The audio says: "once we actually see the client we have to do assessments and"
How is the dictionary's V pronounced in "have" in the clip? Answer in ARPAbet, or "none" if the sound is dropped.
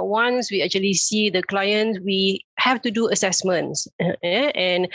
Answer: F